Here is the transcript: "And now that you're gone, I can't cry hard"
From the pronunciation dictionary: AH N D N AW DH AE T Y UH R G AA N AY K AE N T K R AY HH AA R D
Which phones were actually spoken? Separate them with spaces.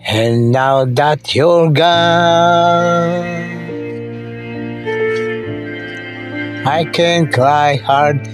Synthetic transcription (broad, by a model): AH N N AW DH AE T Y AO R G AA AY K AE N K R AY HH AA R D